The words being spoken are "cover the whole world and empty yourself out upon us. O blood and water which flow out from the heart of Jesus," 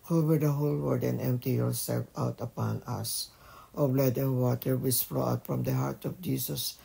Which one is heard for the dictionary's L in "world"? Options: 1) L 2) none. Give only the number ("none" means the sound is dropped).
2